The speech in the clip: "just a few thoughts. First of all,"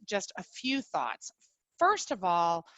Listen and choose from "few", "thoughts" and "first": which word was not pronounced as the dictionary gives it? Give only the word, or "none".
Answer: none